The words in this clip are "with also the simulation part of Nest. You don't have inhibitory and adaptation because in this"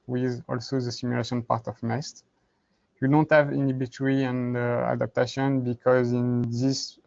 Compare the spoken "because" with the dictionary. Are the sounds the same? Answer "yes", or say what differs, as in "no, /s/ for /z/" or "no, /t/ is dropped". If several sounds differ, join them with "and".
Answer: yes